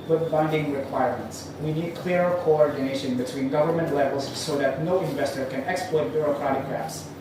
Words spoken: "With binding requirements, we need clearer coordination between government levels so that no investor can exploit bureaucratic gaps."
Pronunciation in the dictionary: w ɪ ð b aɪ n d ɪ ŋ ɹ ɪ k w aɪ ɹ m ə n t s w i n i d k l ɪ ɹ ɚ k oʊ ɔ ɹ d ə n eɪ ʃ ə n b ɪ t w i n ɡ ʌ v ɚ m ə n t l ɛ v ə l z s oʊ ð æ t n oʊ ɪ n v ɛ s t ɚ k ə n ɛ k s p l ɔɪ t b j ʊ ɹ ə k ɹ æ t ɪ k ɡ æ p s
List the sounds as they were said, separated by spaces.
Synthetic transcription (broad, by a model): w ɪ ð b aɪ n d ɪ ŋ ɹ ɪ k w aɪ ɹ m ə n t s w i n i d k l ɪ ɹ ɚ k oʊ ɔ ɹ d ə n eɪ ʃ ə n b ɪ t w i n ɡ ʌ v ɚ m ə n t l ɛ v ə l z s oʊ ð æ t n oʊ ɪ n v ɛ s t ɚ k ə n ɛ k s p l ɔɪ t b j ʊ ɹ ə k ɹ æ t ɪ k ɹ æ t s